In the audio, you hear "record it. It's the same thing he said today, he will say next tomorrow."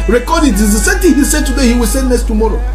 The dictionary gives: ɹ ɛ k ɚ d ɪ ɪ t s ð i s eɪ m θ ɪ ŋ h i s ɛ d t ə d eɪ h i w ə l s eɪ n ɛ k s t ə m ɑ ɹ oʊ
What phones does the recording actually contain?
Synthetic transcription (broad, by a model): ɹ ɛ k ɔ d ɪ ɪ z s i s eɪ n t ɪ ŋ h i s ɛ d t ə d eɪ h i w ə l s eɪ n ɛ s t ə m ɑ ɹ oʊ